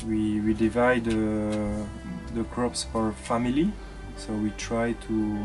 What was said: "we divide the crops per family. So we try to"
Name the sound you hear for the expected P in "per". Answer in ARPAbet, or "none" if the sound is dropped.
F